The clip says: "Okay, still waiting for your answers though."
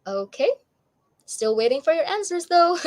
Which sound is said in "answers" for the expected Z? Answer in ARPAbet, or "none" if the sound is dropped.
Z